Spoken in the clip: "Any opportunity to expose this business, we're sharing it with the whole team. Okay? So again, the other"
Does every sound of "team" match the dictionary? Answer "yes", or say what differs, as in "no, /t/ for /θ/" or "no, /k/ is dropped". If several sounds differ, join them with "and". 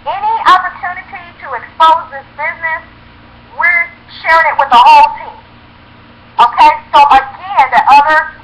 yes